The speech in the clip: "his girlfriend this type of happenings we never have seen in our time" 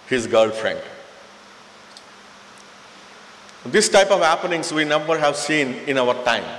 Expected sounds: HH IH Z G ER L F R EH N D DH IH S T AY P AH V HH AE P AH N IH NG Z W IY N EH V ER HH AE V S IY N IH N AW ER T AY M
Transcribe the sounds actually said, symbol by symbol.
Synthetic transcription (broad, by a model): HH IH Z G ER L F R EH N D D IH S T AY P AH V HH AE P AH N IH NG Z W IY N EH V ER HH AE V S IY N IH N AW ER T AY M